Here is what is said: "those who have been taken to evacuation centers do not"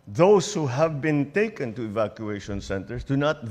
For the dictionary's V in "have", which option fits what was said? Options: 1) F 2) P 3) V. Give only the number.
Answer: 3